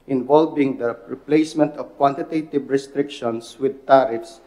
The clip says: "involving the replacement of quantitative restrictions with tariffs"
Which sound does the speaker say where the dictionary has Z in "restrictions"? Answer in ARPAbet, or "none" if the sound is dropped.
S